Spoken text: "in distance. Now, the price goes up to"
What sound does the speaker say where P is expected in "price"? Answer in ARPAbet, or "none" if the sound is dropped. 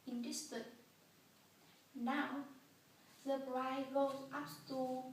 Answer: B